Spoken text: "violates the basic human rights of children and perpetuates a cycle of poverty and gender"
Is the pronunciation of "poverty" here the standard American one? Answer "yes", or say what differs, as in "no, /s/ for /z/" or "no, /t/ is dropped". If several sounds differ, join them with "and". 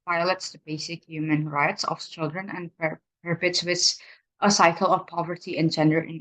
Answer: yes